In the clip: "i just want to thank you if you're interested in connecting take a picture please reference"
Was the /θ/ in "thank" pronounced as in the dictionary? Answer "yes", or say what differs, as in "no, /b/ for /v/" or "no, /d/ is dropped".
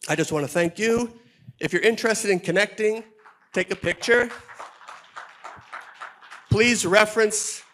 yes